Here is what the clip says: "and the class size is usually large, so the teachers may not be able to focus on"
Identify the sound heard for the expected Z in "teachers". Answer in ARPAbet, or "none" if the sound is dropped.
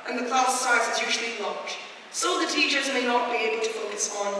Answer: Z